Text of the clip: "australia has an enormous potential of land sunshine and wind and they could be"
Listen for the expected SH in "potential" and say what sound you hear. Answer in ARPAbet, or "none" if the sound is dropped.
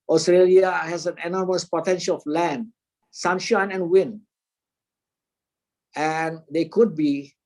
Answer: SH